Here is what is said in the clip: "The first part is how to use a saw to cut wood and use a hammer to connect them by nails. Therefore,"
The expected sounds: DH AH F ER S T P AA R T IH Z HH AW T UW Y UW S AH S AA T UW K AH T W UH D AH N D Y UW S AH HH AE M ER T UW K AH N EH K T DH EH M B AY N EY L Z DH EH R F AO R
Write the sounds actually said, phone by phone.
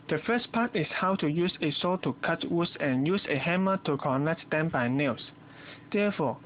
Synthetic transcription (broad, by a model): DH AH F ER S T P AA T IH S HH AW T UW Y UW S AH S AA T UW K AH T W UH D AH N Y UW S AH HH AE M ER T UW K AH N EH K T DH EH M B AY N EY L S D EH F AO